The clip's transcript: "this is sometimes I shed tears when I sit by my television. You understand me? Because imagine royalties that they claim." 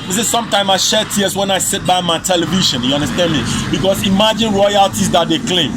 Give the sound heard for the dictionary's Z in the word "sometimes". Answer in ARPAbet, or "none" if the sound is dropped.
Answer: none